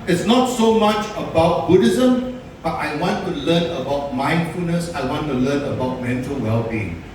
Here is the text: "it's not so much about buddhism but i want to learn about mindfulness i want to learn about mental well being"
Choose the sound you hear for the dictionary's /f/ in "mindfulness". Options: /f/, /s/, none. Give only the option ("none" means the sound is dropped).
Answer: /f/